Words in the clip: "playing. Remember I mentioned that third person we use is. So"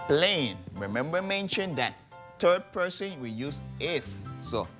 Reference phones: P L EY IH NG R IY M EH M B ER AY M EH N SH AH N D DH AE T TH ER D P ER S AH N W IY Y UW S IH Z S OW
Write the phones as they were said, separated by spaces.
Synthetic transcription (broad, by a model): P L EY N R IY M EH M B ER M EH N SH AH N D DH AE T T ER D P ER S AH N W IY Y UW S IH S S OW